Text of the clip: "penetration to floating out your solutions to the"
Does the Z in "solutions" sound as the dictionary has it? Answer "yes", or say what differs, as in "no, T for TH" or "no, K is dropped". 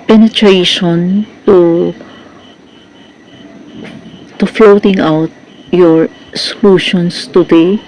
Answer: no, S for Z